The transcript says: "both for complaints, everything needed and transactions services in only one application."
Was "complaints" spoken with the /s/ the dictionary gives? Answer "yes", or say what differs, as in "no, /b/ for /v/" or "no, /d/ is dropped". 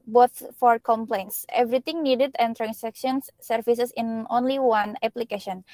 yes